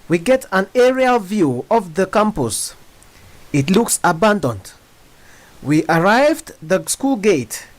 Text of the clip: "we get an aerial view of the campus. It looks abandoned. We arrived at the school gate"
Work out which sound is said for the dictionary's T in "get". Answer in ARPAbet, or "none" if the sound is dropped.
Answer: T